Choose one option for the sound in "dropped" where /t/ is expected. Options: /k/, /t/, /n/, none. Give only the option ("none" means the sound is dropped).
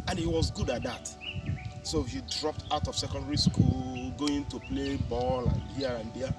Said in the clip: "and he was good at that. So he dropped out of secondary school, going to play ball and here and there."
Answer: /t/